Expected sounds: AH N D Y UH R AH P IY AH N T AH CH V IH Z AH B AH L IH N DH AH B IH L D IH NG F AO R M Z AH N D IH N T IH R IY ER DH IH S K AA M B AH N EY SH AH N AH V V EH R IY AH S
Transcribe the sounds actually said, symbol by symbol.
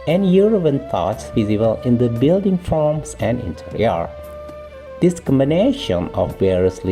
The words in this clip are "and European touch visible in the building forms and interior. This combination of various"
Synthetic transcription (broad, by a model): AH N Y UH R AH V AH N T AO S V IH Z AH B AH L IH N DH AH B IH L D IH NG F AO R M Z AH N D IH N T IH R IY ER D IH S K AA M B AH N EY SH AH N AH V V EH R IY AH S